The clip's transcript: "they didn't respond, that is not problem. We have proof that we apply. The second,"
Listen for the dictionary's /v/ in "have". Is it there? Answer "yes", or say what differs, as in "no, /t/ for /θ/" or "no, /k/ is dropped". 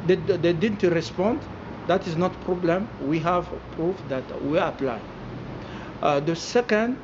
yes